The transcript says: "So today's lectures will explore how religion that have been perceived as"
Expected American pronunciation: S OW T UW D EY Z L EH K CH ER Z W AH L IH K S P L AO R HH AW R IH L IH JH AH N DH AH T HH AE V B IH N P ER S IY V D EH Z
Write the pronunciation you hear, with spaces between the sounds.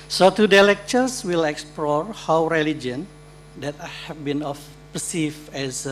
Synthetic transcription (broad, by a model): S OW T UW D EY L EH K CH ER S W AH L IH K S P L AO R HH AW R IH L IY JH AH N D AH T HH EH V B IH N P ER S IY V EH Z